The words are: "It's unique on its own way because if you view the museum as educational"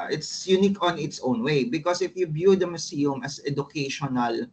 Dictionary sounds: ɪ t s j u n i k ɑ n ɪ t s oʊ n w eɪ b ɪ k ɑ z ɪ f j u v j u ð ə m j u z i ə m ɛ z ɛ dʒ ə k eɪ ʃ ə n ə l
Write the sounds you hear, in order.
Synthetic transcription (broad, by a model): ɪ t s j u n i k ɑ n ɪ t s oʊ n w eɪ b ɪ k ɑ s ɪ f j u b j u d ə m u s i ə m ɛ s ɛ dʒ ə k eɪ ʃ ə n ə l